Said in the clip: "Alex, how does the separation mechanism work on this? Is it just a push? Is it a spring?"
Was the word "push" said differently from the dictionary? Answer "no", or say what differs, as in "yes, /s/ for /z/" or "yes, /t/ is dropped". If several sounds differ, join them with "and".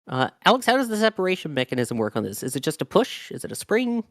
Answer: no